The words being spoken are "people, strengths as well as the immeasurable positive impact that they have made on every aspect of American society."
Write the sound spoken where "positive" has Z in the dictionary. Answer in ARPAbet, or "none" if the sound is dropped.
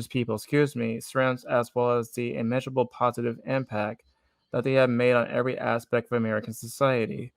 Z